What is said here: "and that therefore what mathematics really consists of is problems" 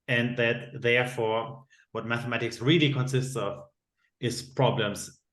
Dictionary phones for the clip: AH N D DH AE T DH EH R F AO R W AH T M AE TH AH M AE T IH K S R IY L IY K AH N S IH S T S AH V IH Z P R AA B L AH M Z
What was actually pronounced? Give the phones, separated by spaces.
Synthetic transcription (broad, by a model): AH N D DH AE T DH EH R F AO R W AH T M AE TH AH M AE T IH K S R IY L IY K AH N S IH S T S AH V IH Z P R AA B L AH M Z